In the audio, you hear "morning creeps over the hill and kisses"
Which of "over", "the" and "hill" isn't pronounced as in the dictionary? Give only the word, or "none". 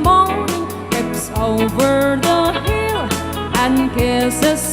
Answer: none